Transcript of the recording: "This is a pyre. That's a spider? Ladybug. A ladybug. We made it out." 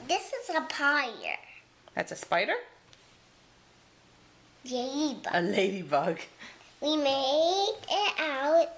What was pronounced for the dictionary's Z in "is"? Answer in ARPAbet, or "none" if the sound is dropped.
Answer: Z